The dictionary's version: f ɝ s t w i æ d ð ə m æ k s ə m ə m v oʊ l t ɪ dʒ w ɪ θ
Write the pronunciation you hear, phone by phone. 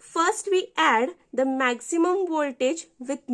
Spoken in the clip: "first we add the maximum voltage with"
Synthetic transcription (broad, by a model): f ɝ s t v i æ d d ə m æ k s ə m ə m v oʊ l t ɪ dʒ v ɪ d